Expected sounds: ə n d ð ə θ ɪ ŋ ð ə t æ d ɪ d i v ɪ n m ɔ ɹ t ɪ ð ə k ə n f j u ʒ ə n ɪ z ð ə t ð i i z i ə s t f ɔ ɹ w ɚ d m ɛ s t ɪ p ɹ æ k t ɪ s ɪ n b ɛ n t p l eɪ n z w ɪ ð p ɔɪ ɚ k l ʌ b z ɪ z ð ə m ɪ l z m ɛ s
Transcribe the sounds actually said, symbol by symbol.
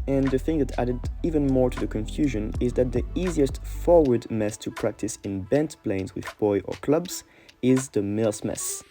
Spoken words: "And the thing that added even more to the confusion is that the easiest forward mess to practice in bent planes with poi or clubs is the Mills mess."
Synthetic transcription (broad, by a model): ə n ð ə θ ɪ ŋ ð ə t æ d ɪ d i v ɪ n m ɔ ɹ t ɪ ð ə k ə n f j u ʒ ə n ɪ z ð ə t ð i i z i ə s t f ɔ ɹ w ɚ d m ɛ s t ɪ p ɹ æ k t ɪ s ɪ n b ɛ n t p l eɪ n z w ɪ ð b ɔɪ ɚ k l ʌ b z ɪ z ð ə m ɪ l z m ɛ s